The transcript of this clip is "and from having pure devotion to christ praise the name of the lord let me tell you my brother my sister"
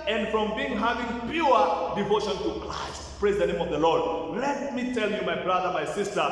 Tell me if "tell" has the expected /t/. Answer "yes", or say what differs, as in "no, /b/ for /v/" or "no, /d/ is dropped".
yes